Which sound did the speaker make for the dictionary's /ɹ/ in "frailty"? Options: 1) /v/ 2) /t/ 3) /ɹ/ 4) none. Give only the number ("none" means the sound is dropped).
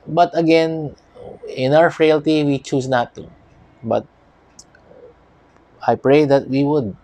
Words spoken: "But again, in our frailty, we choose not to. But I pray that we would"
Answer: 3